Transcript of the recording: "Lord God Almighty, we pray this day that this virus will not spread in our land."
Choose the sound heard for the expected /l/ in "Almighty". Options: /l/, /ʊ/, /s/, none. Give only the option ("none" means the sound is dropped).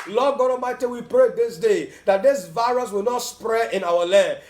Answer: none